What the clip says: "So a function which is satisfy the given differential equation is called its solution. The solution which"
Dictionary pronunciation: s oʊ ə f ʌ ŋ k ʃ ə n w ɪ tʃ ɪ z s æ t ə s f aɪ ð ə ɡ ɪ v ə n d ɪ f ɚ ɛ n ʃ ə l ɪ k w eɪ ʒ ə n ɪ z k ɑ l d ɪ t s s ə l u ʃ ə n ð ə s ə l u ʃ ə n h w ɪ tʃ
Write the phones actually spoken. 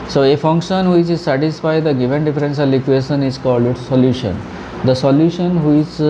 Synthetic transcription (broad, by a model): s oʊ ə f ʌ ŋ k ʃ ə n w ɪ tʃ ɪ z s æ t ə s f aɪ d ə ɡ ɪ v ə n d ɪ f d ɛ n s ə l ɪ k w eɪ ʃ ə n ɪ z k ɑ l d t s s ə l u ʃ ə n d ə s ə l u ʃ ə n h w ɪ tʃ